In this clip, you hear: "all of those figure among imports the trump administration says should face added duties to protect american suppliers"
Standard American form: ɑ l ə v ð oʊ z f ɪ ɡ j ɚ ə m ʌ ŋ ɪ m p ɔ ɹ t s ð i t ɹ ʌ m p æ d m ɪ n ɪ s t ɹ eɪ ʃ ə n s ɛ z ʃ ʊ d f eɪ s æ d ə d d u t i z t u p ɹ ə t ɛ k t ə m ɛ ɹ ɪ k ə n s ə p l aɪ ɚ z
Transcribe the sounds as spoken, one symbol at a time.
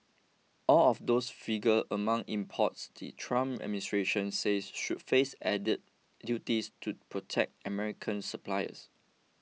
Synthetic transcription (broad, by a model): ɑ l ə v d oʊ s f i ɡ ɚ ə m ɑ ŋ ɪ m p ɔ t s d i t ɹ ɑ m æ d m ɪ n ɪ s t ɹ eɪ ʃ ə n s ɛ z ʃ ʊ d f eɪ s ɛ d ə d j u t i s t u p ɹ ə t ɛ k t ə m ɛ ɹ ɪ k ə n s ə p l aɪ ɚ s